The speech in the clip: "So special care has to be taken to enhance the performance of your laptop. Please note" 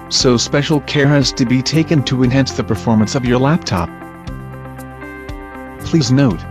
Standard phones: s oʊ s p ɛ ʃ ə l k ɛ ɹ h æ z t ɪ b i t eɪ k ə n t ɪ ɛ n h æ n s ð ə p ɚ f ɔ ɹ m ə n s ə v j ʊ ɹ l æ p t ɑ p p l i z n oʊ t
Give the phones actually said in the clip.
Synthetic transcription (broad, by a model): s oʊ s p ɛ ʃ l k ɛ ɹ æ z t ɪ b i t eɪ k ə n t ɪ ɛ n h æ n s ð ə p ɚ f ɔ ɹ m ə n s ə v j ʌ ɹ l æ p t ɑ p p l i z n oʊ t